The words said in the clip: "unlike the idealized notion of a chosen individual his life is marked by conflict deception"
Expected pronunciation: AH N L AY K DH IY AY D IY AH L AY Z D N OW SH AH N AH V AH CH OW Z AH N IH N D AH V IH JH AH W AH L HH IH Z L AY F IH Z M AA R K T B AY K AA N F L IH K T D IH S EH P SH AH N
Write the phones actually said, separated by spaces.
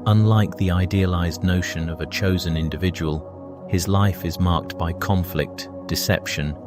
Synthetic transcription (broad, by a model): AH N L AY K DH IY AY D IY AH L AY Z D N OW SH AH N AH V AH CH OW Z AH N IH N D AH V IH JH AH W AH L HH IH Z L AY F IH Z M AA R K T B AY K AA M F L IH K T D IH S EH P SH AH N